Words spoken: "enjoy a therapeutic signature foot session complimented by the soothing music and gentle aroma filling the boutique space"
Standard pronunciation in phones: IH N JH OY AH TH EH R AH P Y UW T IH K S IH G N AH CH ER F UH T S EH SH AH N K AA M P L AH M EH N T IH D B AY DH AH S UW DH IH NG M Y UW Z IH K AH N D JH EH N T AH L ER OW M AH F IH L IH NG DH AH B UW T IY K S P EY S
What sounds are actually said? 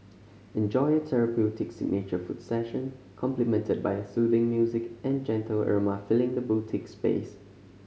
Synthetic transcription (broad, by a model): IH N JH OY AH T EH R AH P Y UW T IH K S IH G N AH CH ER F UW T S EH SH AH N K AA M P L AH M EH N T IH D B AY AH S UW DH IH NG M Y UW Z IH K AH N JH EH N T AH L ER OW M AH F IH L IH NG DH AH B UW T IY K S P EY S